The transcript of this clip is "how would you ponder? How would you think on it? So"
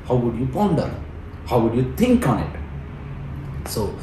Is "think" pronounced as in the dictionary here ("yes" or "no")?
no